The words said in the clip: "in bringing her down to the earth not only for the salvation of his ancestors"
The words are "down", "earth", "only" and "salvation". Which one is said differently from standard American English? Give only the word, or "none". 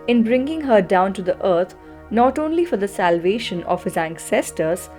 earth